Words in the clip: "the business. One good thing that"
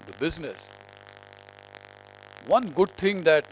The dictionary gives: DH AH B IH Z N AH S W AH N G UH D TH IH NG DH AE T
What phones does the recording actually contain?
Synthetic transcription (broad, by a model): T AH B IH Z N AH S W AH N G UH D T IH NG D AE T